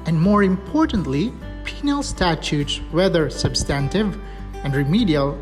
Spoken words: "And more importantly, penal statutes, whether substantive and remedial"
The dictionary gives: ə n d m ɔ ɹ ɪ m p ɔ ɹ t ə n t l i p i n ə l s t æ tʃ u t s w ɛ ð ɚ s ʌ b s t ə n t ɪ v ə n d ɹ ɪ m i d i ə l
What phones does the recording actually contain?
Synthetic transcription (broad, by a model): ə n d m ɔ ɹ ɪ m p ɔ ɹ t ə n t l i p i n ə l s t æ tʃ u t s w ɛ ð ɚ s ʌ b s t ə n t ɪ v ə n d ɹ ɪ m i d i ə l